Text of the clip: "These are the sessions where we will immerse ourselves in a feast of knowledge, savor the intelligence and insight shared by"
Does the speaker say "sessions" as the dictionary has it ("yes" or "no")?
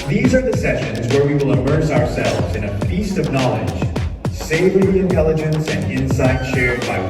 yes